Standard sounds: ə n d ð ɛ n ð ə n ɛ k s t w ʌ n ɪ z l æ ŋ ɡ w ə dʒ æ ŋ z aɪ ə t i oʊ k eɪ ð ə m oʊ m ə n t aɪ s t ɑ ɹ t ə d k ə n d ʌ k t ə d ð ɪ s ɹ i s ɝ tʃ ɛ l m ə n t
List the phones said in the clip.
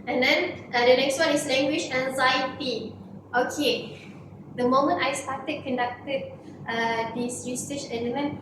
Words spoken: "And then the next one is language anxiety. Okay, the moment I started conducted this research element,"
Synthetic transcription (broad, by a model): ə n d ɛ n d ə n ɛ k s t w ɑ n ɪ s l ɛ ŋ ɡ w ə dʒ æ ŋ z aɪ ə t i oʊ k eɪ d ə m oʊ m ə n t aɪ s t ɑ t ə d k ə n d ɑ k t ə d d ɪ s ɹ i s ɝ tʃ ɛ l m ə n